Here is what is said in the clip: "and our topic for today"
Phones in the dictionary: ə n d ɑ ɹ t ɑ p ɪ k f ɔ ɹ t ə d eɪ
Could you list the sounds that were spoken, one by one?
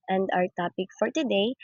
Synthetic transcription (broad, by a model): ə n d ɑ w t ɑ p ɪ k f ɔ ɹ t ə d eɪ